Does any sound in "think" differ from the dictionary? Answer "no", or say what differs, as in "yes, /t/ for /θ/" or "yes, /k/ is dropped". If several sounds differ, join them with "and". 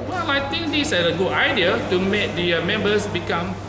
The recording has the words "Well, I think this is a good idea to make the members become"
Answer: yes, /t/ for /θ/